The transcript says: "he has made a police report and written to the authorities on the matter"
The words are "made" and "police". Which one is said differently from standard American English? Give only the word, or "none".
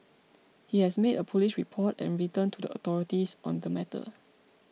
police